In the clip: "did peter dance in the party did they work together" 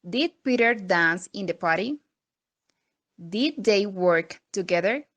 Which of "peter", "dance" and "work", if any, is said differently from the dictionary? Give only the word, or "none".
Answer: none